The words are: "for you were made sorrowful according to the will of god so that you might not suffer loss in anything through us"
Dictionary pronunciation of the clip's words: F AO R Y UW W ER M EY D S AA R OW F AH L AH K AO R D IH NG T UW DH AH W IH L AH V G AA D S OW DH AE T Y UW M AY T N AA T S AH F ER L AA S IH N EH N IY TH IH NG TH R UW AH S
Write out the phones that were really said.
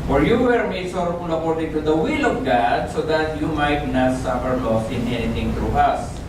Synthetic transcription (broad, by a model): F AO R Y UW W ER M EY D SH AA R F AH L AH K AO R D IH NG T UW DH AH W IH L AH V G AA D S OW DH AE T Y UW M AY T N AA T S AH F ER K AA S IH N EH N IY T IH NG T R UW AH S